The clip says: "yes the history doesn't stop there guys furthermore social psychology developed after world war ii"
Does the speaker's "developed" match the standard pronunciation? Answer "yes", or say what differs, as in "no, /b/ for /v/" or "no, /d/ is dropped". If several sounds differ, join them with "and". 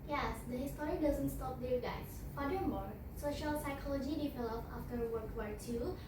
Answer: no, /t/ is dropped